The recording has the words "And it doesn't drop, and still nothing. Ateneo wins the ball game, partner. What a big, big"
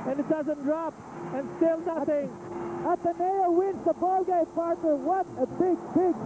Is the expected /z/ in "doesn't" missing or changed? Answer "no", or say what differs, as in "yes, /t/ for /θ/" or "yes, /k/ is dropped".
no